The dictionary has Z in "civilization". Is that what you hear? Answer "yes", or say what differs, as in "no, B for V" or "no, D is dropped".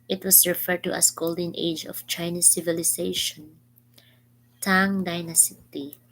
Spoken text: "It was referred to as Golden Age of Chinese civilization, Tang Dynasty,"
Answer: no, S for Z